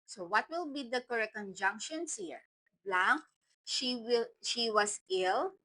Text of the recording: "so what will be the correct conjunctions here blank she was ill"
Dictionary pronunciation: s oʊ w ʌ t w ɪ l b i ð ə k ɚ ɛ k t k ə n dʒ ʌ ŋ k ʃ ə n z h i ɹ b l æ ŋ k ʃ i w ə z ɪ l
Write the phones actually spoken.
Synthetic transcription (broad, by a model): s oʊ w ʌ t w ɪ l b i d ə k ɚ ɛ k k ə n dʒ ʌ ŋ k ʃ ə n s h i ɹ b l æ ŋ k ʃ i w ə s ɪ l